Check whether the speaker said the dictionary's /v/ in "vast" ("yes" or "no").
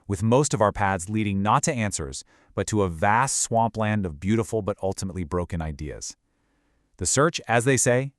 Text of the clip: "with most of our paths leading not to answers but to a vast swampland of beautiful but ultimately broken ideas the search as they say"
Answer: yes